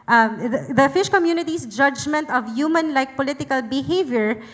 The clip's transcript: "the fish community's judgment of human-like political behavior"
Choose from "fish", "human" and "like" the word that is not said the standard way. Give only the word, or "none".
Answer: none